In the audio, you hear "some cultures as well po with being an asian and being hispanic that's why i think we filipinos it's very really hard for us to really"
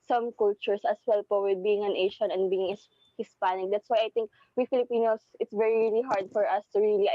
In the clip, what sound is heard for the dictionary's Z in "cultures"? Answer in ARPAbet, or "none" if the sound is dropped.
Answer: S